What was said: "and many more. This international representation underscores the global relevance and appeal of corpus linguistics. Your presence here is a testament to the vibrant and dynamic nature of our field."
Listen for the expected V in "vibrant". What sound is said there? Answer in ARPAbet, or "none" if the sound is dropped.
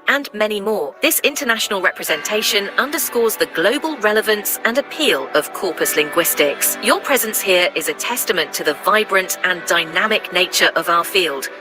V